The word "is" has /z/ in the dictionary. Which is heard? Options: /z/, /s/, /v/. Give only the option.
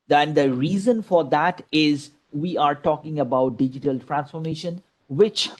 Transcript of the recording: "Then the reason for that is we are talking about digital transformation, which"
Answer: /z/